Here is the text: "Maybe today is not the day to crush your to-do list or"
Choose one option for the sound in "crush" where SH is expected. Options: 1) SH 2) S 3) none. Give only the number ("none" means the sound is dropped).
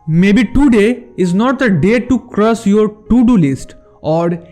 2